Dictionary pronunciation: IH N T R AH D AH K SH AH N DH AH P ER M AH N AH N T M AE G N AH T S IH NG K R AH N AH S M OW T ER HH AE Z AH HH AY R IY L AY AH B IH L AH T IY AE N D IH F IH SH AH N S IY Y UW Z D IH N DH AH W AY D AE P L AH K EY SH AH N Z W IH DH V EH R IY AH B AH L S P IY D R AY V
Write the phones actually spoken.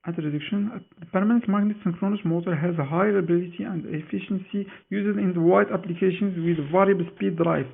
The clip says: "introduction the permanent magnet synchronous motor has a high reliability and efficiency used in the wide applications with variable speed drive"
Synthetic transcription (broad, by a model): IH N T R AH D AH K SH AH N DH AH P ER M AH N AH N T M AE G N AH T S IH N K R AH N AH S M OW T ER HH AE Z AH HH AY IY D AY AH B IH L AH T IY AE N D IH F IH SH AH N S IY Y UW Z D IH N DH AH W AY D AE P L AH K EY SH AH N Z W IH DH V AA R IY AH B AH L S P IY D R AY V